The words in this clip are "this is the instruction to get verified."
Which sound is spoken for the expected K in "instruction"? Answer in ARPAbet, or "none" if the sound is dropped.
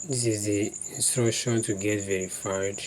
none